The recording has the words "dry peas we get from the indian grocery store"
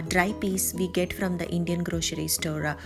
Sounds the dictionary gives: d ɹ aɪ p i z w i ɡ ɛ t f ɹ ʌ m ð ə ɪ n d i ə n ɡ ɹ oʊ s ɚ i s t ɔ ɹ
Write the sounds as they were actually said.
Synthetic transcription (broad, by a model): d ɹ aɪ p i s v i ɡ ɛ t f ɹ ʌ m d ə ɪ n d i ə n ɡ ɹ oʊ ʃ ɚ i s t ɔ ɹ